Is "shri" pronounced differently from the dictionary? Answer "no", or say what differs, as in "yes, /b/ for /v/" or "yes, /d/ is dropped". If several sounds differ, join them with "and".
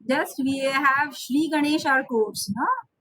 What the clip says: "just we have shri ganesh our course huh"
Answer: no